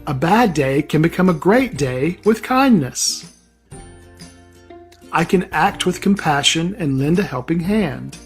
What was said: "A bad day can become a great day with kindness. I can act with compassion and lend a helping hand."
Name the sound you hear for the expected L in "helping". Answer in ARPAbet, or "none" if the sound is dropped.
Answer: L